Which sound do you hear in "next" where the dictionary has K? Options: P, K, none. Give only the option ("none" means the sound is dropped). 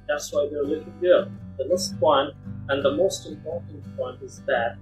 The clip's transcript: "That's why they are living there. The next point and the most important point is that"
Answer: none